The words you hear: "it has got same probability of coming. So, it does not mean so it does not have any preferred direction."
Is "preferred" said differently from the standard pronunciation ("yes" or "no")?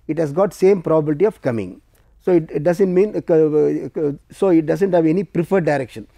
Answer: no